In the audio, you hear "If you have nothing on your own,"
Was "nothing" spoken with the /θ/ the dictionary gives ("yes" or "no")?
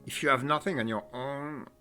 yes